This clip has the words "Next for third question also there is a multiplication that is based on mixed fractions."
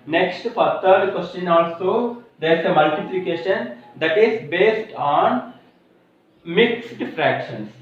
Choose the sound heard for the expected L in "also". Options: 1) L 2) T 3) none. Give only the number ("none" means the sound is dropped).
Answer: 1